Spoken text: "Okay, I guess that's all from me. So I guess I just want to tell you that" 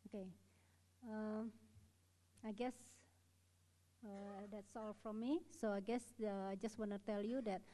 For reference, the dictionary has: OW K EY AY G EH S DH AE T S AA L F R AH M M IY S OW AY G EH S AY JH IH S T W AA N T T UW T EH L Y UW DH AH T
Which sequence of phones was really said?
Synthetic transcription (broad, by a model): OW K EY AY G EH S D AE T S AA L F R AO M M IY S OW AY G EH S AY JH IH S T W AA N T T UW T EH L Y UW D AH T